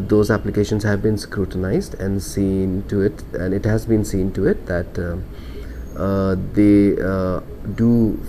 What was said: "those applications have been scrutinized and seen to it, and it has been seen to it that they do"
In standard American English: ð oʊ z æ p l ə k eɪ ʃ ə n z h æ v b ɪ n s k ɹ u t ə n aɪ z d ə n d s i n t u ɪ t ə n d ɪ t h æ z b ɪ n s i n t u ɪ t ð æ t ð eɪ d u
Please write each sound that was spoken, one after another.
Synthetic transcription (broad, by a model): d oʊ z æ p l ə k eɪ ʃ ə n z h æ v b ɪ n s k ɹ u t ə n aɪ z d ə n d s i n t u ɪ t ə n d ɪ t h æ z b ɪ n s i n t u ɪ t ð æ t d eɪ d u